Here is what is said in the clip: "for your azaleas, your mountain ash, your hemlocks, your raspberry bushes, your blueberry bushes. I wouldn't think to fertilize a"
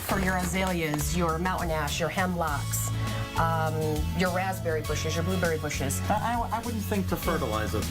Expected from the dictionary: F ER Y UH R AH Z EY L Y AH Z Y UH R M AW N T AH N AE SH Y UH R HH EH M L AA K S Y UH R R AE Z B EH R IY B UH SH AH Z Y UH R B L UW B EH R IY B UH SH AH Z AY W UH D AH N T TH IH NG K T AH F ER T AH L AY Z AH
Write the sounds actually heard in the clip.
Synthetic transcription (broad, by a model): F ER Y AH R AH Z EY L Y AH Z Y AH R M AW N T N AE SH Y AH R HH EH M L AA K S Y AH R R AE Z B EH R IY B UH SH AH Z Y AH R B L UW B EH R IY B UH SH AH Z AY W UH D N TH IH NG K T AH F ER T AH L AY Z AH